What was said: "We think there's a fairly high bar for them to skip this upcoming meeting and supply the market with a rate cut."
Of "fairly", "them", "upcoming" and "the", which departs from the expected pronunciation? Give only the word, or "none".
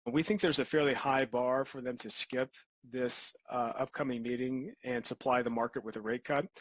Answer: none